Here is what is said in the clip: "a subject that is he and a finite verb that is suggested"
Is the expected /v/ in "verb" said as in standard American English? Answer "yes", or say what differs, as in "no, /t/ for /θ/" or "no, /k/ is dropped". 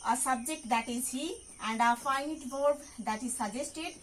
no, /b/ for /v/